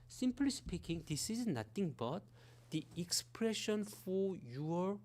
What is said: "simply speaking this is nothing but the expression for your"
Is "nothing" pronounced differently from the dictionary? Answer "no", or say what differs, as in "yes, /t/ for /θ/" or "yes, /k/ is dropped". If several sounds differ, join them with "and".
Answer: yes, /t/ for /θ/